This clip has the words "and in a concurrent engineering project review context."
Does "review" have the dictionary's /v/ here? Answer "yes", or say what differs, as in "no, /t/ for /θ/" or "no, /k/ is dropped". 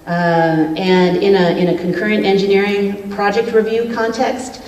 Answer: yes